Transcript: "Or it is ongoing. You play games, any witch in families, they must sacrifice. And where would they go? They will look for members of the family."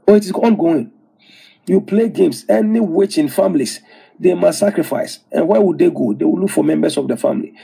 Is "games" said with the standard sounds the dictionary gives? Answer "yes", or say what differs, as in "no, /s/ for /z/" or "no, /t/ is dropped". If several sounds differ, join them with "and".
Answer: no, /s/ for /z/